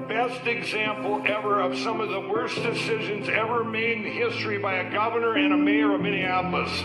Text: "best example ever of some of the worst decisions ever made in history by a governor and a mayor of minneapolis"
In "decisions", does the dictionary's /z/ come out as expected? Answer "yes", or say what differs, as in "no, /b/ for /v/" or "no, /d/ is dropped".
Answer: yes